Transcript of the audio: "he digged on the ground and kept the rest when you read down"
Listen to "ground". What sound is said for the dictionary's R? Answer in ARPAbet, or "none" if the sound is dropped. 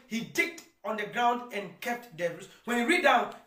R